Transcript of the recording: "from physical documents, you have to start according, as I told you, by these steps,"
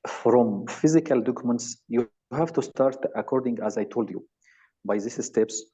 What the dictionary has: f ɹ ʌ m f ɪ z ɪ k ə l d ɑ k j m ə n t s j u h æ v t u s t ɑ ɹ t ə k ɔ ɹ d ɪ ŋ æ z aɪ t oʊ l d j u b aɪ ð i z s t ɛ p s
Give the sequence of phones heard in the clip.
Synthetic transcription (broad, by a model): f ɹ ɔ m f ɪ z ɪ k ə l d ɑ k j m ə n t s j u h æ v t u s t ɑ ɹ t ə k ɔ ɹ d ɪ ŋ æ z aɪ t oʊ l d j u b aɪ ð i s s t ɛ p s